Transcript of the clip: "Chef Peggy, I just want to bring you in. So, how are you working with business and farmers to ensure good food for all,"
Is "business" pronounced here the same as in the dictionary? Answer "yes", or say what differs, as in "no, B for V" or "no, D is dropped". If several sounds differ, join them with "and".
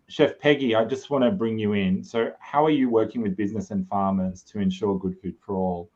yes